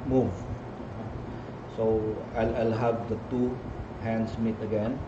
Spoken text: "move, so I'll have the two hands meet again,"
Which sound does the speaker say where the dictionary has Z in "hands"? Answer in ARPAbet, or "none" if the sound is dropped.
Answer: S